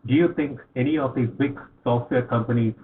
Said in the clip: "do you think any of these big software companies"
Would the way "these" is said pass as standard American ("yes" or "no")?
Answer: no